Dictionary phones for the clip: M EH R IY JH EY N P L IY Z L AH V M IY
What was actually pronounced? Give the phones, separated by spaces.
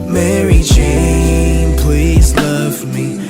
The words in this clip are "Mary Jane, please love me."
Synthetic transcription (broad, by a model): M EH R IY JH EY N P L IY Z L AH V M IY